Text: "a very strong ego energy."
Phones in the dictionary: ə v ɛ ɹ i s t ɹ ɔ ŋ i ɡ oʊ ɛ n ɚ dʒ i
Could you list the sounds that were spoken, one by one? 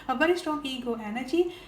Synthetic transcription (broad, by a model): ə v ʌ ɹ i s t ɔ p i ɡ oʊ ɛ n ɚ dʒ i